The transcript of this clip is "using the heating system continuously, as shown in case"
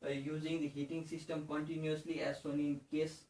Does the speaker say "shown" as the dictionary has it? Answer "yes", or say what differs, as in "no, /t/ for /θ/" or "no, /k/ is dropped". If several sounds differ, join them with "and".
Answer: no, /s/ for /ʃ/